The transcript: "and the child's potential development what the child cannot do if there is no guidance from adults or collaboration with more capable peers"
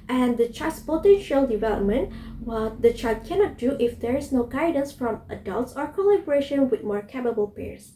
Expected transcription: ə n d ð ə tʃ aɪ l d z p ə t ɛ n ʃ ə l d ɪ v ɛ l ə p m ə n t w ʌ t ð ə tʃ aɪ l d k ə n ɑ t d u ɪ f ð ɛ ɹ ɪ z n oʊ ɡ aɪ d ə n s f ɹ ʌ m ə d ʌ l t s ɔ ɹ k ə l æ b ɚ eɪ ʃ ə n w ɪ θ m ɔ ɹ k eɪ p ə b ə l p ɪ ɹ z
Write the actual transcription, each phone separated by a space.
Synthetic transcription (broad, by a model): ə n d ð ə tʃ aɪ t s p ə t ɛ n ʃ ə l d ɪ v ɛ l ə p m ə n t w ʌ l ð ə tʃ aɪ d k ə n ɑ t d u ɪ f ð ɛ ɹ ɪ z n oʊ ɡ aɪ d ə n s f ɹ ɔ m ə d ʌ l t s ɔ ɹ k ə l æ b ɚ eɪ ʃ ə n w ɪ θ m ɔ ɹ k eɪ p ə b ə l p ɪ ɹ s